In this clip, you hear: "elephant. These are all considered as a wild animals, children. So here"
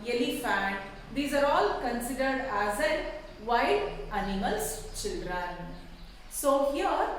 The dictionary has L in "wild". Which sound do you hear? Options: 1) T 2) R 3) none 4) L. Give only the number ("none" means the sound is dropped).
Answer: 3